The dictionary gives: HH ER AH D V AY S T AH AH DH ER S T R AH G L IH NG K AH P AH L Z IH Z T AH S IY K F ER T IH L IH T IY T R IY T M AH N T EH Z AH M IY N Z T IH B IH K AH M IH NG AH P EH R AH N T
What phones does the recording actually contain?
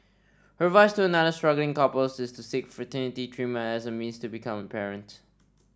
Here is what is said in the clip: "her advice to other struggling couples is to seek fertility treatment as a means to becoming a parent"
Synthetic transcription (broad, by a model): HH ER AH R V AY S T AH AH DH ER S T R AH G L IH NG K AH P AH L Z IH Z T AH S IY K F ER T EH N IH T IY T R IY M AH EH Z AH M IY N Z T IH B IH K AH M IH AH P EH R AH N T